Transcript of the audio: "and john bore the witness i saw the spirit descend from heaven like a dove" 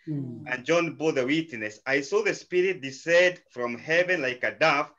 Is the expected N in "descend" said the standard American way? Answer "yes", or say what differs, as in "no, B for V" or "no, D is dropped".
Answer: no, N is dropped